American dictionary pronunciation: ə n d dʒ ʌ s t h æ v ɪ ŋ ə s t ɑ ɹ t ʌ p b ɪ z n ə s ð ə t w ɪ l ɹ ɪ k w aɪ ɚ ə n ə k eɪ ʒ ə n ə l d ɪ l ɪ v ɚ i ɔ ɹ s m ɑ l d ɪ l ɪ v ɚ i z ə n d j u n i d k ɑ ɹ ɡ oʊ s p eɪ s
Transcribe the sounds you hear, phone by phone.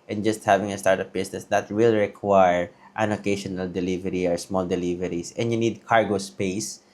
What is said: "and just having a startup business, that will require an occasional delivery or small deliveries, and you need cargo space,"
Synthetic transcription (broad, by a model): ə n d dʒ ʌ s t h æ v ɪ ŋ ə s t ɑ ɹ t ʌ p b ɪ s n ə s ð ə t w ɪ l ɹ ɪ k w aɪ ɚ ə n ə k eɪ ʃ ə n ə l d ɪ l ɪ v ɚ i ɔ ɹ s m ɑ l d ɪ l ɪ v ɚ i s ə n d j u n i d k ɑ ɹ ɡ oʊ s p eɪ s